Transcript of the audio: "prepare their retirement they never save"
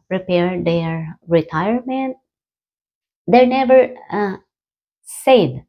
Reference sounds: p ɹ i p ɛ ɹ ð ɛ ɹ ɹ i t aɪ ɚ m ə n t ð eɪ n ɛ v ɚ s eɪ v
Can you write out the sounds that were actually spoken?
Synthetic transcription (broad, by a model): p ɹ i p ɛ ɹ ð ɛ ɹ ɹ i t aɪ ɚ m ə n t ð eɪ n ɛ v ɚ s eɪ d